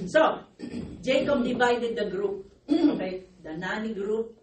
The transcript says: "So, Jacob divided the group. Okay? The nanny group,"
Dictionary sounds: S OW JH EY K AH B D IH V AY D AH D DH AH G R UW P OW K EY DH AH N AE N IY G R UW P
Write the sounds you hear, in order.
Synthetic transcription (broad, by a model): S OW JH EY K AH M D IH B AY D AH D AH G R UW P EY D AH N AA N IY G R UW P